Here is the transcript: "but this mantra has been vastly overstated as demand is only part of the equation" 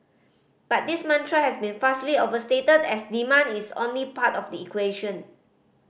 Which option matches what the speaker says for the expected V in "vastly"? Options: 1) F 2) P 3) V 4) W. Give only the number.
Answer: 1